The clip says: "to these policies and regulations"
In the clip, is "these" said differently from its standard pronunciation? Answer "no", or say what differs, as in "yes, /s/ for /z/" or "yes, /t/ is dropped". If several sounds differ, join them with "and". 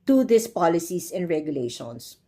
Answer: yes, /s/ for /z/